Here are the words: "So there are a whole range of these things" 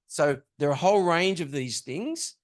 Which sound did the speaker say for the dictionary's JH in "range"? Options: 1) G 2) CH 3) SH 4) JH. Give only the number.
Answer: 4